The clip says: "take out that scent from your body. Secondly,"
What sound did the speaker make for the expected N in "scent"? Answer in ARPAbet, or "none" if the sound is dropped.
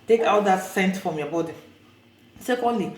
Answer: N